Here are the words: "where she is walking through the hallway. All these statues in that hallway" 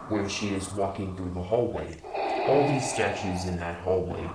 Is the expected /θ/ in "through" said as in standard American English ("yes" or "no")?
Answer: yes